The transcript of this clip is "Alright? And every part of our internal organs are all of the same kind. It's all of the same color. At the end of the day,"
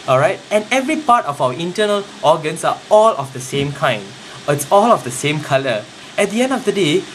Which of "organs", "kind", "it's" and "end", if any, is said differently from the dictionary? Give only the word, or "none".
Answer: organs